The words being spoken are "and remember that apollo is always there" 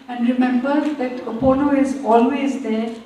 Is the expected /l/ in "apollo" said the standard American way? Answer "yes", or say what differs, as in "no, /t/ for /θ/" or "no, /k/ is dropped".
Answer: no, /n/ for /l/